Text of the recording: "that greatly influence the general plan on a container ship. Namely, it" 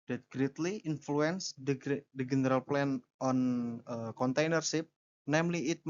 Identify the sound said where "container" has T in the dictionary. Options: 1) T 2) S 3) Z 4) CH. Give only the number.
1